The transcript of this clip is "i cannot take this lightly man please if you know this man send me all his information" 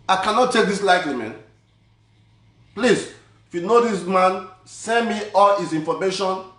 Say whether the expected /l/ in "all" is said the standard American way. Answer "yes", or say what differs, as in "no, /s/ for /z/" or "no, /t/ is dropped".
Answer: yes